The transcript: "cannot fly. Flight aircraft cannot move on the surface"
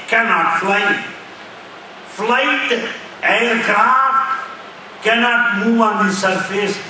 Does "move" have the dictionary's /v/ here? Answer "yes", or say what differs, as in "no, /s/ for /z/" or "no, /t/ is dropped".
no, /v/ is dropped